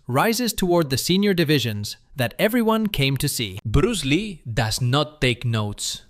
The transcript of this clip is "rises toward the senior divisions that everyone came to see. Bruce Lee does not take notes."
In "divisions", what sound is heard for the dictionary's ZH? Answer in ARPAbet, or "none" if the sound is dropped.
ZH